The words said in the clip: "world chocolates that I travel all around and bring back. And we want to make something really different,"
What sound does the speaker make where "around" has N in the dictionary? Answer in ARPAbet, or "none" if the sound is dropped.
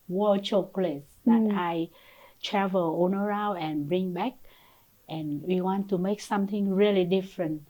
none